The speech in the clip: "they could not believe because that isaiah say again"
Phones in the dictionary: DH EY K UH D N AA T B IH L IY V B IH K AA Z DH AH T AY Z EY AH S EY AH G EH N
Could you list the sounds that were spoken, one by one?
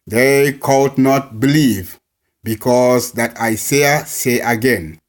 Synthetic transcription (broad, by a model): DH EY K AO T N AA T B IH L IY V B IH K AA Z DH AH T AY S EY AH S EY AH G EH N